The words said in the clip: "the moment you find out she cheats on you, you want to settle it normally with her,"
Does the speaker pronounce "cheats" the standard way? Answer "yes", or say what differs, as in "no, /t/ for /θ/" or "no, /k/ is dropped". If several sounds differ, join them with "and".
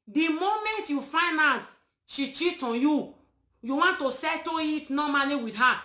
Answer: no, /s/ is dropped